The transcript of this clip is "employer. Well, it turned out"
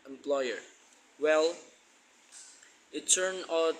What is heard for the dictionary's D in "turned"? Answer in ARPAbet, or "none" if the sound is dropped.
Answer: none